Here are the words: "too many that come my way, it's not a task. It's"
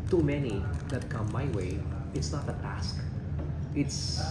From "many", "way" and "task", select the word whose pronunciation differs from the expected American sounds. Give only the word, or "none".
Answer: none